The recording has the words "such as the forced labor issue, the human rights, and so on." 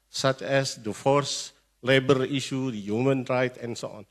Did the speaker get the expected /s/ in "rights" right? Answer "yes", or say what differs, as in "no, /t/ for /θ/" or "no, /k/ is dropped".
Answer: no, /s/ is dropped